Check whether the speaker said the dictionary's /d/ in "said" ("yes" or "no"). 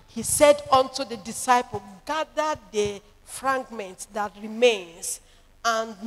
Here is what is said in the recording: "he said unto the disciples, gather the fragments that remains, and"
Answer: yes